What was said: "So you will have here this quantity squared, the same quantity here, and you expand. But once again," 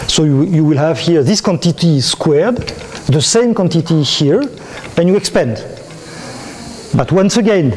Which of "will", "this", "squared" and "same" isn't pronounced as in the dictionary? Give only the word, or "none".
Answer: none